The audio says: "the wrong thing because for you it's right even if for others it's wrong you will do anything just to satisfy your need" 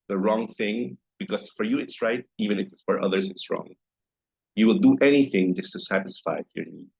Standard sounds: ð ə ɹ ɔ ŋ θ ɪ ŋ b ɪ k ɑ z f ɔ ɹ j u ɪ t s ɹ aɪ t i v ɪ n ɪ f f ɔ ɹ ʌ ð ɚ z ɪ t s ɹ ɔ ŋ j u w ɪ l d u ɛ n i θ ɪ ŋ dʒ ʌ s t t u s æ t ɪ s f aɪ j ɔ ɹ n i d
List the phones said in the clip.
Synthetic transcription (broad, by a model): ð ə ɹ ɔ ŋ θ ɪ ŋ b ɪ k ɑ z f ɔ ɹ j u ɪ t s ɹ aɪ t i v ɪ n ɪ f f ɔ ɹ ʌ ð ɚ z ɪ t s ɹ ɔ ŋ j u w ɪ l d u ɛ n i θ ɪ ŋ dʒ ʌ s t t u s æ t ɪ s f aɪ j ɔ ɹ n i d